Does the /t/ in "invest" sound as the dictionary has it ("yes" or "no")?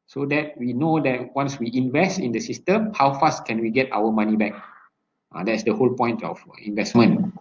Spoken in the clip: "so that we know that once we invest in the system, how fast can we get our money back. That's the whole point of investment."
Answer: yes